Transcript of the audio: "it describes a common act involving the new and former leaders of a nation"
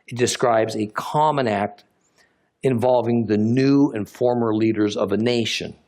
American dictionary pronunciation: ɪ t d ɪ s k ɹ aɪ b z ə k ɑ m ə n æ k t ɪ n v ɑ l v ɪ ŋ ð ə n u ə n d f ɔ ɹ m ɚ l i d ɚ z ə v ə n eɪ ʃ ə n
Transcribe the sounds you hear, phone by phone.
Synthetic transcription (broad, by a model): ɪ t d ɪ s k ɹ aɪ b z ə k ɑ m ə n æ k t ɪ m v ɑ l v ɪ ŋ ð ə n u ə n f ɔ ɹ m ɚ l i d ɚ z ə v ə n eɪ ʃ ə n